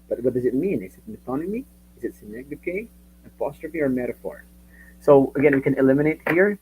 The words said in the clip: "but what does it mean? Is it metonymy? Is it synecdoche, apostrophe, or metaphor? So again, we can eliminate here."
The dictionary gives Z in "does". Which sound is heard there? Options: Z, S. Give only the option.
Z